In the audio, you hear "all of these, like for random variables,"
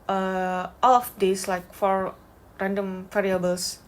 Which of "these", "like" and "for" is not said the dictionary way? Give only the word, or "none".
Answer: these